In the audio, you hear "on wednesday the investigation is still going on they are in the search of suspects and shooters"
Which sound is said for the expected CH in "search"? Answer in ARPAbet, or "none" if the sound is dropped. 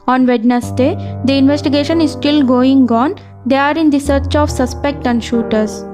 CH